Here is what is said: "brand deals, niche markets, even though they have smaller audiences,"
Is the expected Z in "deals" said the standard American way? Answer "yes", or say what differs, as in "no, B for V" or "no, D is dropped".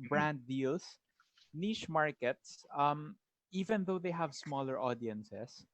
no, S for Z